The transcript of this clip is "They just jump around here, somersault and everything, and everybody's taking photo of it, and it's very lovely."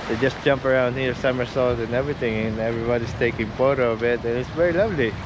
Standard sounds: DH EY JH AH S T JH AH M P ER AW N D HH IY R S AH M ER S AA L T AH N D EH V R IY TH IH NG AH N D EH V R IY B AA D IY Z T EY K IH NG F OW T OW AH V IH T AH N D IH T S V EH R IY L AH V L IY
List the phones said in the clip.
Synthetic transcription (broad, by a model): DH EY JH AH S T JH AH M P ER AW N D HH IY R S AH M ER S AA L T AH N EH V R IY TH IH NG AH N EH V R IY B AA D IY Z T EY K IH NG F OW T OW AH B IH T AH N IH T S V EH R IY L AH V L IY